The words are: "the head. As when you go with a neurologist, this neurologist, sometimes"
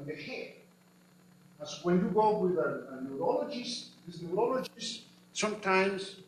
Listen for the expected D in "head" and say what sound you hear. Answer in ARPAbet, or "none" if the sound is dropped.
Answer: none